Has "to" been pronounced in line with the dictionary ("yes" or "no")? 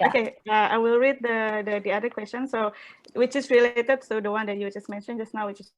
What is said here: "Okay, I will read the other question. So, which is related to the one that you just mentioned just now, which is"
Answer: no